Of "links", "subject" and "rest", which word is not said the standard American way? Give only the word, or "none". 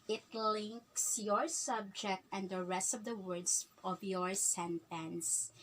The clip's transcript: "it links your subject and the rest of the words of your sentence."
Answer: none